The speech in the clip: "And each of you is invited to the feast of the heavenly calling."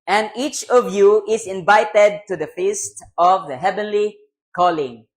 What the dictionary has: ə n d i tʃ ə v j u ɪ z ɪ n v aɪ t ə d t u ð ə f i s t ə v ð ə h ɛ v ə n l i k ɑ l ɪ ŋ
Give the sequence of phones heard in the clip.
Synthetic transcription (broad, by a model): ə n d i tʃ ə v j u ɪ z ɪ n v aɪ t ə d t u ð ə f i s t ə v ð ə h ɛ v ə n l i k ɑ l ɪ ŋ